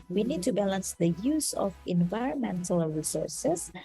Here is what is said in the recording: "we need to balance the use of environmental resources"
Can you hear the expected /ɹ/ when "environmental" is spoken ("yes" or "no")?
yes